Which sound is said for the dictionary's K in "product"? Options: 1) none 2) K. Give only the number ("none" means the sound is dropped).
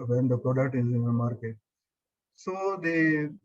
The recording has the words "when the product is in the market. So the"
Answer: 1